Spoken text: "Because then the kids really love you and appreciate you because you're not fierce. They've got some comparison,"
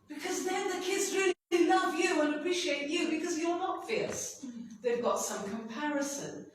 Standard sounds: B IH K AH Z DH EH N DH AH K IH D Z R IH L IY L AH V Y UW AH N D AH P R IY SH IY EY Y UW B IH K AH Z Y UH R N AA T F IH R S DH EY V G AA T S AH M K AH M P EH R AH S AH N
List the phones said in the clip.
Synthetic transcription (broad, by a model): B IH K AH Z DH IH N DH AH K IH D Z R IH L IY L AH V Y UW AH N AH P R IY SH IY EY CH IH B IH K AH Z Y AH R N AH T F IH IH S DH EY V G AA T S AH M K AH M P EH R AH S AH N